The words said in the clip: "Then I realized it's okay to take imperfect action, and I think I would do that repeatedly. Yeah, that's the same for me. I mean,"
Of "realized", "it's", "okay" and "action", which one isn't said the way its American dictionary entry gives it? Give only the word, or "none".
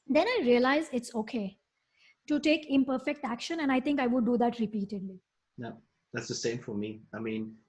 realized